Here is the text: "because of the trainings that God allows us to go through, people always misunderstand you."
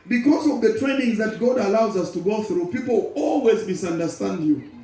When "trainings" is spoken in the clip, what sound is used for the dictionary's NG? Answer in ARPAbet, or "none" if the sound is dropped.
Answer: NG